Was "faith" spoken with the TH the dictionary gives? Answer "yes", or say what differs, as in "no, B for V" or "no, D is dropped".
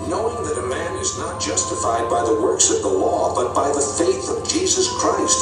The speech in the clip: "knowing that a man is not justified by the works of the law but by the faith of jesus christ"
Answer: yes